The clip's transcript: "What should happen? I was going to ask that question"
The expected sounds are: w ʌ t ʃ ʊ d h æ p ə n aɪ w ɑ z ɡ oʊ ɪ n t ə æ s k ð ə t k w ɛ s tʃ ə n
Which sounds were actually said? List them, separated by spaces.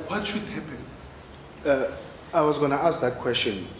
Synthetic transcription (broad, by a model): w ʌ t ʃ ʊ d h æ p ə n aɪ w ɑ z ɡ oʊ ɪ n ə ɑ s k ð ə t k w ɛ s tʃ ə n